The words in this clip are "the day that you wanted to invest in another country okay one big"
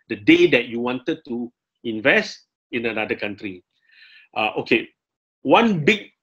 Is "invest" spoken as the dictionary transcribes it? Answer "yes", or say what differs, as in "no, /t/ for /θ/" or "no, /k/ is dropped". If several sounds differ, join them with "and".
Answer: yes